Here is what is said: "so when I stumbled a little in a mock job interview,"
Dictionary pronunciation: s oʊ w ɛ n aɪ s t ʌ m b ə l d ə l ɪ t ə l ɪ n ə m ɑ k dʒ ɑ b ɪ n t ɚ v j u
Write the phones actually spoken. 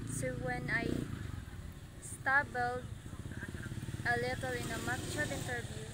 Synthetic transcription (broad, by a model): s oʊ w ɛ n aɪ s t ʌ b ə l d ə l ɪ t ə l ɪ n ə m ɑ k tʃ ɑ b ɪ n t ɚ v j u